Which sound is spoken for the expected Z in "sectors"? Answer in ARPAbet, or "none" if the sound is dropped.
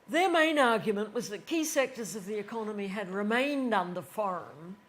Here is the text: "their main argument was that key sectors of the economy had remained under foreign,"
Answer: Z